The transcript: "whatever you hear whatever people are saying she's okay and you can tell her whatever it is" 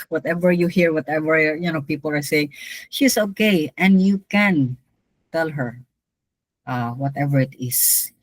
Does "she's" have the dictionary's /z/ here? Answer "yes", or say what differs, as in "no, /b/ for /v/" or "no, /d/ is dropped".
no, /s/ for /z/